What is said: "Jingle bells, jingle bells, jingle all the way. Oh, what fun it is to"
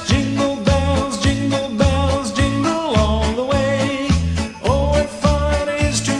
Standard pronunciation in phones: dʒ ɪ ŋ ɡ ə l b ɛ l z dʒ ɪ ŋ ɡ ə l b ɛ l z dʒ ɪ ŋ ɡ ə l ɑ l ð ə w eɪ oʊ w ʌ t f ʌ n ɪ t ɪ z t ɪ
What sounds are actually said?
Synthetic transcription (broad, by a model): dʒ ɪ ŋ ɡ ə l b ɛ l z dʒ ɪ ŋ ɡ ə l b ɛ l z dʒ ɪ ŋ ɡ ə l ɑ n ð ə w eɪ oʊ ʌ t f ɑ ɪ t ɪ z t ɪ